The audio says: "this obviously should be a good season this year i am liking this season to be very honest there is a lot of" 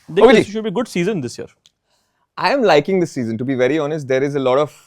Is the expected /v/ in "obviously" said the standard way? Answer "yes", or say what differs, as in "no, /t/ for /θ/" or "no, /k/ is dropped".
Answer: no, /v/ is dropped